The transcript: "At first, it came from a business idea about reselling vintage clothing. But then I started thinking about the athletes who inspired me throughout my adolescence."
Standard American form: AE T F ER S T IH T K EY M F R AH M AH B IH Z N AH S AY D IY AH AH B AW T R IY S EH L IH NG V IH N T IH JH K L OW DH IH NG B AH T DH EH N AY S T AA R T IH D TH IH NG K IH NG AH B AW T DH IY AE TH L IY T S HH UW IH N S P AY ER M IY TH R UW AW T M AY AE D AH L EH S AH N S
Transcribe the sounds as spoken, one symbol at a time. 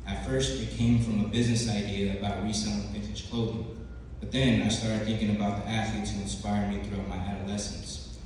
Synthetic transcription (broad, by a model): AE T F ER S T IH T K EY M F R AH M AH B IH Z N AH S AY D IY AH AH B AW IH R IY S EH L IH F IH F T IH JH K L OW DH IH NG B AH T DH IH N AY S T AA R T IH D TH IH NG K IH NG AH B AW T DH IY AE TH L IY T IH IH N S P AY ER M IY TH R UW AW T M AY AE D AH L EH S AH N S